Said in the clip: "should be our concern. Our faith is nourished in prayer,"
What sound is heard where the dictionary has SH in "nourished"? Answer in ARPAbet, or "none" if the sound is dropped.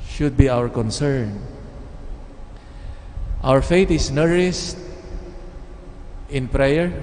S